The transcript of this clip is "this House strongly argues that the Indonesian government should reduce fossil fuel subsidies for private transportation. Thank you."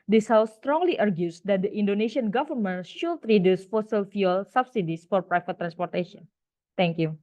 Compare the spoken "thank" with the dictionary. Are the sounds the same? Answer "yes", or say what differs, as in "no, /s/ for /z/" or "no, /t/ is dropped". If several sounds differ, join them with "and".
no, /t/ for /θ/